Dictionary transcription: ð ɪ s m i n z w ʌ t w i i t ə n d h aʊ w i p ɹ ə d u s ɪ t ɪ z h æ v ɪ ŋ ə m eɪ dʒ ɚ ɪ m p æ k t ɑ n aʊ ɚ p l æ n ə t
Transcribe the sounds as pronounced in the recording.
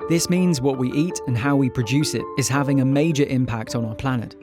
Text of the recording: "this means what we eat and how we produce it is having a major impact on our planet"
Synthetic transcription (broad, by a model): ð ɪ s m i n z w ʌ t w i i t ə n h aʊ w i p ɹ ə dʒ u s ɪ t ɪ z h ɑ v ɪ ŋ ə m eɪ dʒ ɚ ɪ m p æ k t n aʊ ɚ p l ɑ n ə t